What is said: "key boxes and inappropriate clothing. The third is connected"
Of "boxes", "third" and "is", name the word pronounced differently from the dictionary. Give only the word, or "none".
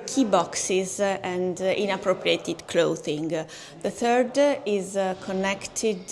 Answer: none